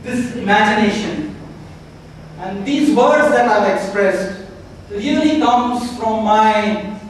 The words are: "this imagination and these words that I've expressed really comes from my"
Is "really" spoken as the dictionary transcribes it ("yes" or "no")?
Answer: no